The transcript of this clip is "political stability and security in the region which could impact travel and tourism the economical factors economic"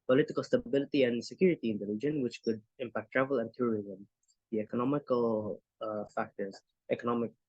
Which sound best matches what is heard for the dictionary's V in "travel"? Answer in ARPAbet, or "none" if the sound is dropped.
V